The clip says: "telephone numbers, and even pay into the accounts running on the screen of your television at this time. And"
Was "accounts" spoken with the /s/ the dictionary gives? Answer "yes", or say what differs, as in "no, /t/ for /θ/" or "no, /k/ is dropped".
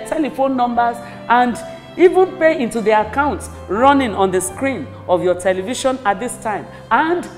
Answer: yes